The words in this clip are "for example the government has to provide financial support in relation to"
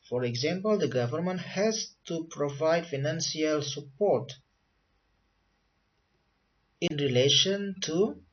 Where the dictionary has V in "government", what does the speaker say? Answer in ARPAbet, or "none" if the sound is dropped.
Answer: V